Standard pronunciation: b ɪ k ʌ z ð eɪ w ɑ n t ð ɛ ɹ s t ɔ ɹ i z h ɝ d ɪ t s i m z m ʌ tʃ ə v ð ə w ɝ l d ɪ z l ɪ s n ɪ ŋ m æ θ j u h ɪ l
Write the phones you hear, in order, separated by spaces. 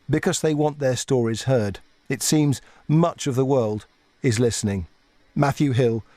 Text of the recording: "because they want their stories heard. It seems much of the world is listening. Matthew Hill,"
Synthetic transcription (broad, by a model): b ɪ k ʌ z ð eɪ w ɑ n ð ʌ ɹ s t ɔ ɹ i z h ɝ d ɪ t s i m z m ʌ tʃ ə v ð ə w ɝ l d ɪ z l ɪ s n ɪ ŋ m æ θ j u h ɪ l